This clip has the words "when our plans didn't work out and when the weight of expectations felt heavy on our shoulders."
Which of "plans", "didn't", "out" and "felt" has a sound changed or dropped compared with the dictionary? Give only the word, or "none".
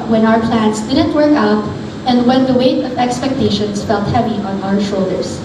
plans